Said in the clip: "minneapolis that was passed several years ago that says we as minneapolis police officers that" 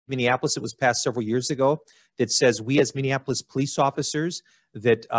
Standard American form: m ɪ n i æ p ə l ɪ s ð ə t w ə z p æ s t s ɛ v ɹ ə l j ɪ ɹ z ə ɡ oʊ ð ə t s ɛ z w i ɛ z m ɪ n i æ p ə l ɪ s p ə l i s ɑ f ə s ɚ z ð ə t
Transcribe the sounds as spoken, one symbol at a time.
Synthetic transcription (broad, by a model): m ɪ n i æ p l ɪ s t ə t w ə z p æ s t s ɛ v ɹ l j ɪ ɹ z ə ɡ oʊ ð ə t s ɛ z w i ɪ z m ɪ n i æ p l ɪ s p ə l i s ɑ f ə s ɚ z ð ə t